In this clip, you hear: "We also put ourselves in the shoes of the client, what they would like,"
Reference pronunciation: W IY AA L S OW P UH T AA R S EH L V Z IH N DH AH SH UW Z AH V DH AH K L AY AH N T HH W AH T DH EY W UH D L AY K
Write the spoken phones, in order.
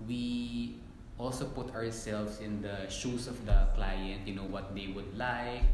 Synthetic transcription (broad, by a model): W IY AA L S OW P UH T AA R S EH L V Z IH N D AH SH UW S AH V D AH K L AY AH N T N W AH T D EY W UH D L AY K